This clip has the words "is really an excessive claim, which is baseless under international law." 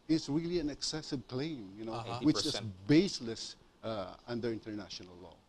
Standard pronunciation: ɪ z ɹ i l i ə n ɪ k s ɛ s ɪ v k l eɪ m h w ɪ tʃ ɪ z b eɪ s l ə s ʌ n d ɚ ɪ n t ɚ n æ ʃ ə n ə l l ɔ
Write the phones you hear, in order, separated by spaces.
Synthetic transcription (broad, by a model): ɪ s ɹ i l i ə n ɪ k s ɛ s ɪ v k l eɪ m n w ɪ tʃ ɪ s b eɪ s l ə s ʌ n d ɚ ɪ n t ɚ n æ ʃ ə n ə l l ɔ